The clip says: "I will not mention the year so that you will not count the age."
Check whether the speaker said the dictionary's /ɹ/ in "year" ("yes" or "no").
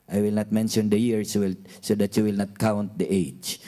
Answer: no